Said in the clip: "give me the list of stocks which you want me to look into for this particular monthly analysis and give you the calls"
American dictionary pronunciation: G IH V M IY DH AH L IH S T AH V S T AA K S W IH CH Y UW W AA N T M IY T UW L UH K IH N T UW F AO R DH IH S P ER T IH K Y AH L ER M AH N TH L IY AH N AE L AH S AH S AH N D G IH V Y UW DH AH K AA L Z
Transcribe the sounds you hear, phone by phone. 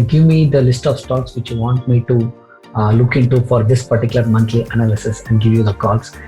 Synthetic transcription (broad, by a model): G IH V M IY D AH L IH S T AH V S T AA K S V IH CH Y UW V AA N T M IY T UW L UH K IH N T UW F AO R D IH S P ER T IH K Y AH L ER M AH N T L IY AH N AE L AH S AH S AH N D G IH V Y UW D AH K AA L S